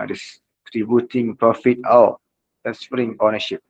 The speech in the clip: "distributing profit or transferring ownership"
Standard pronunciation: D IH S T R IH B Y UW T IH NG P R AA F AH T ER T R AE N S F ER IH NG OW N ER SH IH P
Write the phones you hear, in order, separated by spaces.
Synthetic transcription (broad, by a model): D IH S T R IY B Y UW T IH NG P R AA F AH T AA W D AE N S P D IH NG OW N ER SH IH P